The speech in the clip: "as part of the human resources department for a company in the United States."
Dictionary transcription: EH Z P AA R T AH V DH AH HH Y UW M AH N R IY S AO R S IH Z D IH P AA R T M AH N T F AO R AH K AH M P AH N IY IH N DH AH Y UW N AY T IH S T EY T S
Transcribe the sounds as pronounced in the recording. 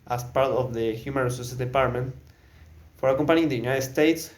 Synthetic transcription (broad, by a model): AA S P AA R T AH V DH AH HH Y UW M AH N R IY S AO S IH D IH P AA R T M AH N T F AO R AH K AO M P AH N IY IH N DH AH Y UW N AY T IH S T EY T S